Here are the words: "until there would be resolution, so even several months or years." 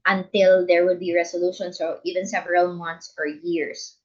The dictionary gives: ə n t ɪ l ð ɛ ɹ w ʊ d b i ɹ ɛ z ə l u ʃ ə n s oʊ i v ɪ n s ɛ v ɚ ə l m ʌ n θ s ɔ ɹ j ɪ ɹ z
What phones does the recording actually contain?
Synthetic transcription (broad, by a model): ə n t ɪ l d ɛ ɹ w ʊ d b i ɹ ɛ s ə l u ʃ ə n s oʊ i v ɪ n s ɛ v ɚ ə l m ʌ n t s ɔ ɹ j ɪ ɹ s